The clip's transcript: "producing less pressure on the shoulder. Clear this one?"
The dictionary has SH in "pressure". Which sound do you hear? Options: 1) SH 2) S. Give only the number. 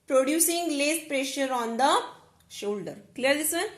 1